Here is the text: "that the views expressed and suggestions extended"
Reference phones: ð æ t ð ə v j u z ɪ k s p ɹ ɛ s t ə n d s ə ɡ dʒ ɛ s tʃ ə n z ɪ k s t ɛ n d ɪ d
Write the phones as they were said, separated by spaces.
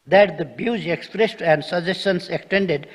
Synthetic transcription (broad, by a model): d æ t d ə b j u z ɪ k s p ɹ ɛ s t ə n d s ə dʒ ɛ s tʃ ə n s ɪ k s t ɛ n d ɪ d